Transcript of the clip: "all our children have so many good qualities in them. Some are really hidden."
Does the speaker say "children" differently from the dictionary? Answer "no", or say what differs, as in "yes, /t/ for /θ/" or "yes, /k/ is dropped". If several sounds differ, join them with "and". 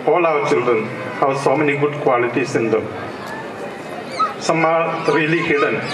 yes, /ɹ/ is dropped